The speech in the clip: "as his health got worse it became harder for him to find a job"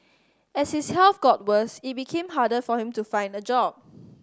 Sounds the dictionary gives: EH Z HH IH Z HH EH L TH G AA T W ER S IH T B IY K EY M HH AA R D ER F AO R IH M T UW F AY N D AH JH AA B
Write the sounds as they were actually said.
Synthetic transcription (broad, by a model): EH S HH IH S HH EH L F G AA T W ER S IH T B IY K EY M HH AA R D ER F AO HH IH M T UW F AY N D AH JH AA B